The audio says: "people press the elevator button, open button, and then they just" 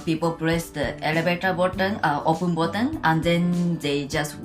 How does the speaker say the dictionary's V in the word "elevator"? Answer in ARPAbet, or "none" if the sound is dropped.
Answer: B